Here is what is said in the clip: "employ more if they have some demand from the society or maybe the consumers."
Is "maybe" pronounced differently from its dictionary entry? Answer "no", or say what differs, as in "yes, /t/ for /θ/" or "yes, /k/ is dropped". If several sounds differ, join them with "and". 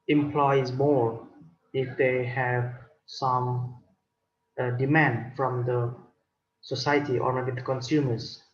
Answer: yes, /b/ is dropped